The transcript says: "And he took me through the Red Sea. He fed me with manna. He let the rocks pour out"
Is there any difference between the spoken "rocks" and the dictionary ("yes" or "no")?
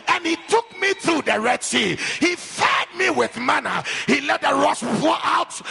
yes